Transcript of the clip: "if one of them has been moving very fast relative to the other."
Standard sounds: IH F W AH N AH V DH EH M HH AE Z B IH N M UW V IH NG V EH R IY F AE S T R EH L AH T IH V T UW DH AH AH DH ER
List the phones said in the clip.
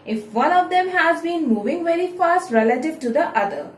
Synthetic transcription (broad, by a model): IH F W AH N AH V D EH M HH AE Z B IH N M UW V IH NG V EH R IY F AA S T R EH L AH T IH V T UW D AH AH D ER